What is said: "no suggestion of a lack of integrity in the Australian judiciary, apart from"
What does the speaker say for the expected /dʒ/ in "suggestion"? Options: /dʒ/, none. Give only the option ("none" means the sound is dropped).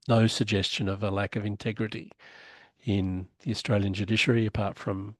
/dʒ/